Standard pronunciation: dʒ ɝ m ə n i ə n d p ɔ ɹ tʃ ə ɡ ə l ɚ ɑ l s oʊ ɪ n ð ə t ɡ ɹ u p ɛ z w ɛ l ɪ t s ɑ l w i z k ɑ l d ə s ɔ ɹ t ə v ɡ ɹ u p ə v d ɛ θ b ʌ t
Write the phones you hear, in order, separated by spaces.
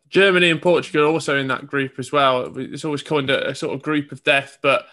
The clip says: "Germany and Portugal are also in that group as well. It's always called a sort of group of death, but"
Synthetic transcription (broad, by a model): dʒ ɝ m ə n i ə n p ɔ tʃ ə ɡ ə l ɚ ɑ l s oʊ ɪ n ð ə t ɡ ɹ u p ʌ z w ɛ l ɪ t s ɑ l w i z k ɑ n d ə s ɔ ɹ t ə v ɡ ɹ u p ə v d ɛ θ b ʌ t